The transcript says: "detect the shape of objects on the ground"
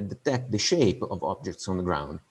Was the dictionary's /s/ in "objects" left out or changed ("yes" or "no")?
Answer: no